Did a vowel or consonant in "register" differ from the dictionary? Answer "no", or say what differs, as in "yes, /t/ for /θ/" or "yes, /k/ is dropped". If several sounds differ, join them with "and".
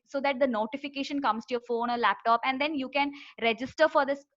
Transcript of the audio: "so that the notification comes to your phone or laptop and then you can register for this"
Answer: no